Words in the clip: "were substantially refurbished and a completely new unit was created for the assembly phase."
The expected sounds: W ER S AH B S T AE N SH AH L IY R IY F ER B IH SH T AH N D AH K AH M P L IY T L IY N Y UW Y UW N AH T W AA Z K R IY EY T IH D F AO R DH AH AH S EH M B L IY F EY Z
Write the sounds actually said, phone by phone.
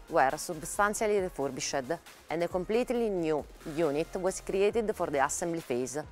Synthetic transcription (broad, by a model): W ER S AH B S T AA N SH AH L IY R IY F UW B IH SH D AH N D AH K AH M P L IY T L IY N Y UW Y UW N AH T W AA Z K R IY EY T IH D F AO R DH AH AH S EH M B L IY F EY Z